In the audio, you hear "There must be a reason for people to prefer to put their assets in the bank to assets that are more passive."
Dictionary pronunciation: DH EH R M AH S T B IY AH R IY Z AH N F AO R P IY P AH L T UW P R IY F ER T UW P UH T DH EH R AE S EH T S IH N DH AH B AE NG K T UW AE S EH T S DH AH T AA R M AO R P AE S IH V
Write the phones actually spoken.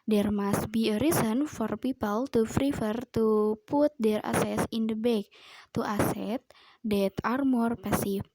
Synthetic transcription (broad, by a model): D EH R M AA S T B IY AH R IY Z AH N F AO R P IY P AH L T UW F R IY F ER T UW P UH T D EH R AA S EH S IH N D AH B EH K T UW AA S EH T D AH T AA R M AO R P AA S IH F